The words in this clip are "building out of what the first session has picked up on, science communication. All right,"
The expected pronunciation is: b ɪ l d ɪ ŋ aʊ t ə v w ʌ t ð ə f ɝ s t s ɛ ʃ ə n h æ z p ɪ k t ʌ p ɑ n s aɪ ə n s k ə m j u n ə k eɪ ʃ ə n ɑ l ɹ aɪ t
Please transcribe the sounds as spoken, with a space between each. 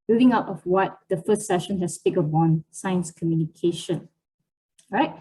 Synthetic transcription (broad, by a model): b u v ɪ ŋ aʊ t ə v w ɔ t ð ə f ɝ s t s ɛ ʃ ə n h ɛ s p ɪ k ʌ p ɑ n s aɪ ə n s k ə m j u n ə k eɪ ʃ ə n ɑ ɹ aɪ t